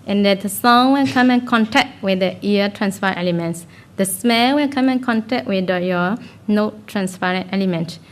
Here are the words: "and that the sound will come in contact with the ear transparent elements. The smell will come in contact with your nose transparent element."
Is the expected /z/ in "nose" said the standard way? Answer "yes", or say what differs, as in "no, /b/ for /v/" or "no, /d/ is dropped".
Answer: no, /z/ is dropped